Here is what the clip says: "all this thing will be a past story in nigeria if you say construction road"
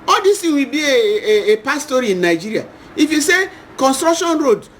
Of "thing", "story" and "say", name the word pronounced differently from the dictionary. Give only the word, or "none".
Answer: thing